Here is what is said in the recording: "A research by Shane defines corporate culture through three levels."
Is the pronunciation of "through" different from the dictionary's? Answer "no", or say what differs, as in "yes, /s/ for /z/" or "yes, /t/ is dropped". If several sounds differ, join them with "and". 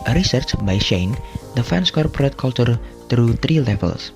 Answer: yes, /t/ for /θ/